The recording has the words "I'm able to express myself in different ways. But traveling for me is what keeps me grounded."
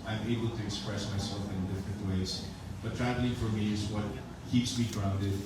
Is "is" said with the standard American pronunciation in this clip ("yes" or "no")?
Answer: yes